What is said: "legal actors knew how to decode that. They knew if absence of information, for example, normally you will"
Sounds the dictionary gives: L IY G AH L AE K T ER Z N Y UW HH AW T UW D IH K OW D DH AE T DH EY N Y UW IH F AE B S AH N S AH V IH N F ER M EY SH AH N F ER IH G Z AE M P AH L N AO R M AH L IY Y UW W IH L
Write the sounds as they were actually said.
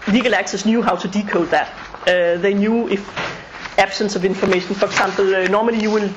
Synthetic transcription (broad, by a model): L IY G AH L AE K S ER S N Y UW HH AW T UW D IH K OW D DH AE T DH EY N Y UW IH F AE B S AH N S AH V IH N F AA M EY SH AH N F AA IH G S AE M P L N AO M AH L IY Y UW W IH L